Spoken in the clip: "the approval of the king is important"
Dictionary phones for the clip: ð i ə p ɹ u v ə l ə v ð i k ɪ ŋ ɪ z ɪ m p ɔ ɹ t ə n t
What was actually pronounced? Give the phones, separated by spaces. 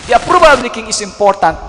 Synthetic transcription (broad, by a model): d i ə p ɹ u b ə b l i k ɪ ŋ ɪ s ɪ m p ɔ ɹ t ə n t